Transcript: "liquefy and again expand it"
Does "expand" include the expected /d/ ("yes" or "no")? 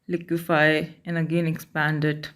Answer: yes